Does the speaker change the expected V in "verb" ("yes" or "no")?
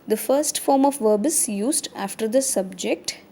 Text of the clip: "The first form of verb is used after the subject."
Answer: no